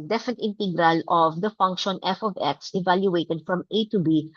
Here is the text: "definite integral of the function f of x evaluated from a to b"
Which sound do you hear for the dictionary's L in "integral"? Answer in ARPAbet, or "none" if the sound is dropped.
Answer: L